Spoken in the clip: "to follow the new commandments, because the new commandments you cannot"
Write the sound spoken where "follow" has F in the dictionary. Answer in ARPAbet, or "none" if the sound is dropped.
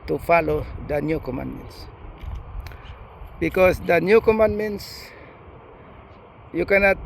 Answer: F